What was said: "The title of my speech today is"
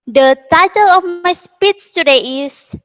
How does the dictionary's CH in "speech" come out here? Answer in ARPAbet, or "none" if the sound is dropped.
S